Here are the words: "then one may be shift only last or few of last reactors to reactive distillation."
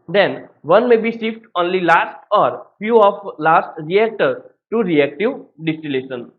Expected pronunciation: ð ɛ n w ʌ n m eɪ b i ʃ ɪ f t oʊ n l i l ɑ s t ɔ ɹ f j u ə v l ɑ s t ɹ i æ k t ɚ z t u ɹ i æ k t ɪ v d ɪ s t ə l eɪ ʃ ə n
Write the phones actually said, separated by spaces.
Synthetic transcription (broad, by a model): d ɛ n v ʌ n m eɪ b i s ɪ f t oʊ n l i l ɑ s t ɔ ɹ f j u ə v l ɑ s t ɹ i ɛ k t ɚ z t u ɹ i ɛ k t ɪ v d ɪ s t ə l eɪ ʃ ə n